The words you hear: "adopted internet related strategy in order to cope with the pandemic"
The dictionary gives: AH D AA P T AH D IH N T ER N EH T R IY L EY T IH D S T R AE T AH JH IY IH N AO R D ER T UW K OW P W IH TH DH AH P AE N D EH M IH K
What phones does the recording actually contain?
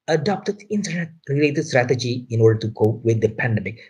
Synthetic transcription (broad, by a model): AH D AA P T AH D IH N T ER N EH T R IY L EY T IH D S T R AE T AH JH IY IH N AO R D ER T UW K OW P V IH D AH P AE N D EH M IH K